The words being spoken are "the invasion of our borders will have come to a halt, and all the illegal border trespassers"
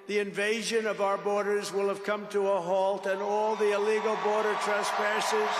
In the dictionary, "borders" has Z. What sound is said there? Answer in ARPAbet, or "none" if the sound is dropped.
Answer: Z